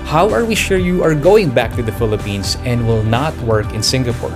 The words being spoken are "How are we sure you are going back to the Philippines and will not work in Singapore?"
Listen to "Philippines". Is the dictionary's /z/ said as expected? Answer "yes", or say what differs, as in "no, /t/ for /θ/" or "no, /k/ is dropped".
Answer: no, /s/ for /z/